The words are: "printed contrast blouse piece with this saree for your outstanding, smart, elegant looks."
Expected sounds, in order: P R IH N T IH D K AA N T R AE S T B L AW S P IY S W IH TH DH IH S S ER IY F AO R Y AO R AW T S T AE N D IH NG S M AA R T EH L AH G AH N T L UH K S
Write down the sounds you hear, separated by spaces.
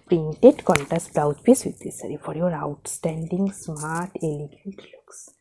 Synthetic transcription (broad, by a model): P R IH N T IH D K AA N T AE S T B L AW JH P IY S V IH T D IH S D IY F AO R Y AO R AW T S T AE N D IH NG S M AA R T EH L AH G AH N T L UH K S